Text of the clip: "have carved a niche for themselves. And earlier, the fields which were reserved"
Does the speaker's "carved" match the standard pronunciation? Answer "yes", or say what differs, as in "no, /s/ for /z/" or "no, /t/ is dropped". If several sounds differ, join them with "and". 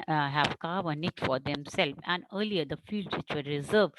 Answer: no, /d/ is dropped